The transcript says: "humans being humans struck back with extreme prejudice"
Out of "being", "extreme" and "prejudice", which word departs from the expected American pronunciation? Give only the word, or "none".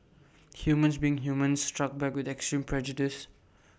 none